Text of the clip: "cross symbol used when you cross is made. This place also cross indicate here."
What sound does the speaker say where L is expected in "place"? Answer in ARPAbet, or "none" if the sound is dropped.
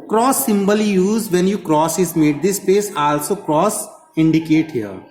none